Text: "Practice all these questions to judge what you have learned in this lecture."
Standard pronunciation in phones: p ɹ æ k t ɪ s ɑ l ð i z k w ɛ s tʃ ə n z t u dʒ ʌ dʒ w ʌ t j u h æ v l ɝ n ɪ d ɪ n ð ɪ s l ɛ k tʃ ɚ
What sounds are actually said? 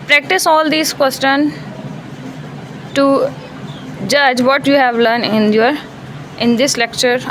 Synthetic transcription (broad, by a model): p ɹ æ k t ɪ s ɑ l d i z k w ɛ s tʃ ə n t u dʒ ʌ dʒ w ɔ t j u h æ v l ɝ n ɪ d ɪ n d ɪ s l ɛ k tʃ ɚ